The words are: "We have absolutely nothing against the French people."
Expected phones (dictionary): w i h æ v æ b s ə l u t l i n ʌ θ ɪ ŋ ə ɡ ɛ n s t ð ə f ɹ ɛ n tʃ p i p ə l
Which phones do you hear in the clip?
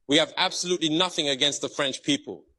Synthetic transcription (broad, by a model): w i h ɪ v æ b s ə l u t l i n ʌ θ ɪ ŋ ə ɡ ɛ n s t ð ə f ɹ ɛ n tʃ p i p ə l